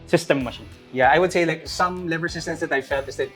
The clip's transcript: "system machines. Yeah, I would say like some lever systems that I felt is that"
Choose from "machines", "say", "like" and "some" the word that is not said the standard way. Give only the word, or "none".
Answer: machines